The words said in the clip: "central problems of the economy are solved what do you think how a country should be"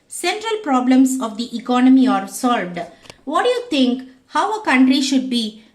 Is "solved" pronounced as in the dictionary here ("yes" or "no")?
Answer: yes